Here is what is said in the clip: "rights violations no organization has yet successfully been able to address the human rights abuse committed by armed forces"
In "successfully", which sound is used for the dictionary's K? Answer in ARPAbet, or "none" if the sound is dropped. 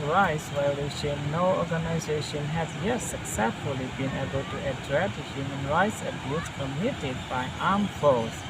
K